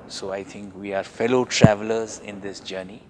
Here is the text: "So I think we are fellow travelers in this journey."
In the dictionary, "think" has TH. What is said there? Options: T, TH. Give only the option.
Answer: T